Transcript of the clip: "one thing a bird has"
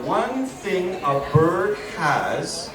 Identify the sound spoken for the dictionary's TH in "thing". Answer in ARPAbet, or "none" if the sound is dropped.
TH